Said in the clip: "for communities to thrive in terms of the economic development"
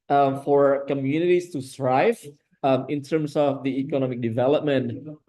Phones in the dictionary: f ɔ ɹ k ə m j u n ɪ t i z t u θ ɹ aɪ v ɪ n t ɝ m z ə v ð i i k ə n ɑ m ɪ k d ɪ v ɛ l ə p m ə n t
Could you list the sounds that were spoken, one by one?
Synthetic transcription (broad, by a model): f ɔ ɹ k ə m j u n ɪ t i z t u s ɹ aɪ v ɪ n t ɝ m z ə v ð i i k ə n ɑ m ɪ k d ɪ v ɛ l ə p m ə n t